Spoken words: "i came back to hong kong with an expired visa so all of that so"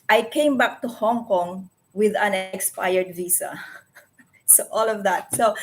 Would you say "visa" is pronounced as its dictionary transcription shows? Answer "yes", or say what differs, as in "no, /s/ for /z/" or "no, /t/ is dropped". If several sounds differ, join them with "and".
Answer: no, /s/ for /z/